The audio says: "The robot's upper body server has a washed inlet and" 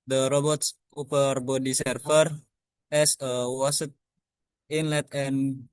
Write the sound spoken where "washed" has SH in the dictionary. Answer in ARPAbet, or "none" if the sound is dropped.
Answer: S